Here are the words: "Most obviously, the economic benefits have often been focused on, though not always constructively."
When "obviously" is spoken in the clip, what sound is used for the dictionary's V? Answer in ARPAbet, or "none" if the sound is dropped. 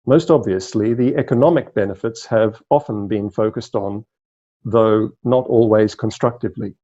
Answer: V